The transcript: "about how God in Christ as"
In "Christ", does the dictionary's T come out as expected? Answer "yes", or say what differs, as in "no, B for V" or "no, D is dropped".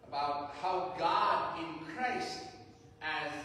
yes